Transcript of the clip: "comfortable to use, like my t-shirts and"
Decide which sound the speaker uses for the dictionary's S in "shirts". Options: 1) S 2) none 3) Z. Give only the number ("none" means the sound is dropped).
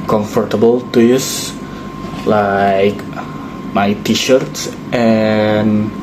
1